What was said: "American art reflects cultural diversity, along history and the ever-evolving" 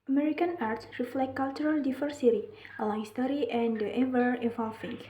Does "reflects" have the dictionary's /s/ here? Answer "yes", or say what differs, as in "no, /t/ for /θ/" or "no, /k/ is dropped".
no, /s/ is dropped